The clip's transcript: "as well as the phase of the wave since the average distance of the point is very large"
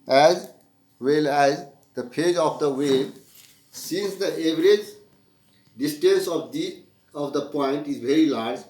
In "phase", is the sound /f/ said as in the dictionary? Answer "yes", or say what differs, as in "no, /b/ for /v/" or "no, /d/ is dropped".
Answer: no, /p/ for /f/